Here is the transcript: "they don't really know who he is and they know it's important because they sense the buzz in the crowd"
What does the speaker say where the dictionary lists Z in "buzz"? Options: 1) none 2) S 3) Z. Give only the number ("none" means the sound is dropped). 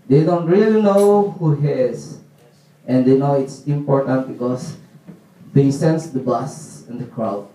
2